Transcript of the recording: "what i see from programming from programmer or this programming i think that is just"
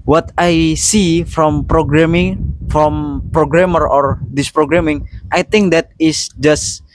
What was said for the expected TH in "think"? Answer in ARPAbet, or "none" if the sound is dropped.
T